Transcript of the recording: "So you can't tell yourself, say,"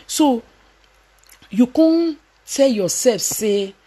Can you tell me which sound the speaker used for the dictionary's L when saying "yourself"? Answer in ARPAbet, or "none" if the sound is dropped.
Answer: none